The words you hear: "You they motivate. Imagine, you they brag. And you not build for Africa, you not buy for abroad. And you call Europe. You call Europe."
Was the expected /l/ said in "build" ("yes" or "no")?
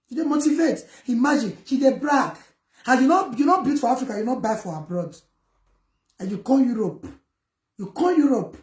no